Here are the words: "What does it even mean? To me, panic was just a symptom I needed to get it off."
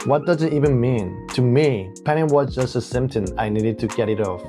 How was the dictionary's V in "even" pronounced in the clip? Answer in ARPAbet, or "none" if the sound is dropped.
V